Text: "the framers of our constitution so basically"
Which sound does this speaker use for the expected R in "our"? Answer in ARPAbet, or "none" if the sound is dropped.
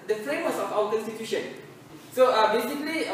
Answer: W